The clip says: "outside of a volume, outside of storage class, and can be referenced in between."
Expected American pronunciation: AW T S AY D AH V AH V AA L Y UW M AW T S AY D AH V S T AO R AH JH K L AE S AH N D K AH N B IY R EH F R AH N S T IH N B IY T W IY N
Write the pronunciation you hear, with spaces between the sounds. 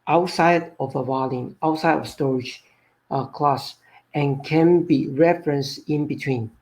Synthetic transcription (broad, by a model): AW T S AY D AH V AH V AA L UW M AW T S AY D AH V S T AO R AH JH K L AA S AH N K AH N B IY R EH F R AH N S IH N B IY T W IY N